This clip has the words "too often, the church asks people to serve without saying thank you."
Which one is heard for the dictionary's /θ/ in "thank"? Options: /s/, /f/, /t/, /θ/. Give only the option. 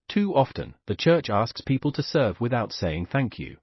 /θ/